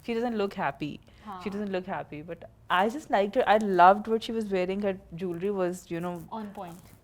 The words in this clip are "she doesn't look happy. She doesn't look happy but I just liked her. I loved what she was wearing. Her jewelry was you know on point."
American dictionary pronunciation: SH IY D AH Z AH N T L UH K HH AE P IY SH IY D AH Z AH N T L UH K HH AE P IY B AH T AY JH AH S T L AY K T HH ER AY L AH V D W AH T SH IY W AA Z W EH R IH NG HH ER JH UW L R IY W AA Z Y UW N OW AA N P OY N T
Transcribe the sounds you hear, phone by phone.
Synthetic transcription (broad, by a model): SH IY D AH Z AH N T L UH K HH AE P IY SH IY D AH Z AH N T L UH K HH AE P IY B AH T AY JH AH S T L AY K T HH AY L AH V D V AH T SH IY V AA Z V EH R IH NG HH ER JH UW L R IY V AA Z Y UW N OW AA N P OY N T